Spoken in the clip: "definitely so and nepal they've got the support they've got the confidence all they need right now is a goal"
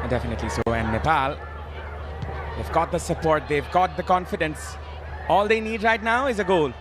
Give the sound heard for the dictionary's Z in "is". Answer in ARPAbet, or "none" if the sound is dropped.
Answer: Z